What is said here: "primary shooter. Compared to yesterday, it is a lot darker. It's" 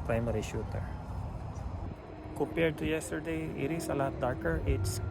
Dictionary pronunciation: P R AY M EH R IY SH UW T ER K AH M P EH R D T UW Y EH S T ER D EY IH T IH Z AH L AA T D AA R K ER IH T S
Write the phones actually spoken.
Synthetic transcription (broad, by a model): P R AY M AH R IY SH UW T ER K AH P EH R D T UW Y EH S T ER D EY IH T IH S AH L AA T D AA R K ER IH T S